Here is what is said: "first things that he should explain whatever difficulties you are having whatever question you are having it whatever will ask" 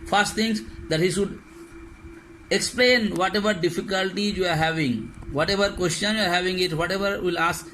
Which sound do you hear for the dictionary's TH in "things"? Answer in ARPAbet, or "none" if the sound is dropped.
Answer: T